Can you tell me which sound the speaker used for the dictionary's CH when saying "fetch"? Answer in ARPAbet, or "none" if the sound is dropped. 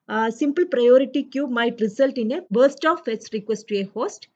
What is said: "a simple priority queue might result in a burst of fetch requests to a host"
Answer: S